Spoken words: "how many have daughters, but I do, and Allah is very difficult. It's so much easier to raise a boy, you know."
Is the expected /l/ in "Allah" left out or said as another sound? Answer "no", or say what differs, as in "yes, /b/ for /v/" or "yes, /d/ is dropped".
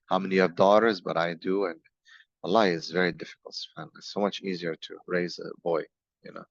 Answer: yes, /l/ is dropped